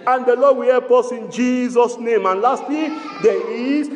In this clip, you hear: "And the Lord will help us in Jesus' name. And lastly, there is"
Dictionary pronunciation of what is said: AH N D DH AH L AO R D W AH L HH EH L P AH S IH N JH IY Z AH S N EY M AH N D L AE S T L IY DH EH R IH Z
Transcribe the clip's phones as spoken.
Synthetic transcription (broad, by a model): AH N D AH L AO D W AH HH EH P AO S IH N JH IY Z AH S N EY M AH N L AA S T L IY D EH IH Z